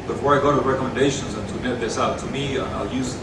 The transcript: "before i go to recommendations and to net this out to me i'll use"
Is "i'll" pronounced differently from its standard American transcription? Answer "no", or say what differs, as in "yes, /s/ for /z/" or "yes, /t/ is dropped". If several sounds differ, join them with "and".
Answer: no